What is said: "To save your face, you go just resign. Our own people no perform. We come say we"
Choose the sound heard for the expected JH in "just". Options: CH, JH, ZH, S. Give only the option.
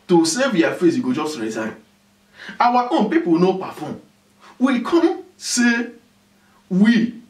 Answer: JH